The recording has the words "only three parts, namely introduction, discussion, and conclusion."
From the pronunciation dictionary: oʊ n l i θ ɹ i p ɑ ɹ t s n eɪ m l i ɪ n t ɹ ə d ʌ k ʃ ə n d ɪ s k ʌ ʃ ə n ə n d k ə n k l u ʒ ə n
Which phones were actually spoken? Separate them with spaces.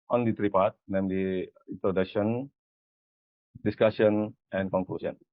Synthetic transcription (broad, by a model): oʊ n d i t ɹ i p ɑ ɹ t n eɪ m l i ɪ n t ɹ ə d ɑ k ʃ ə n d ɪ s k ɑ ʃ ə n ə n k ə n k l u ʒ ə n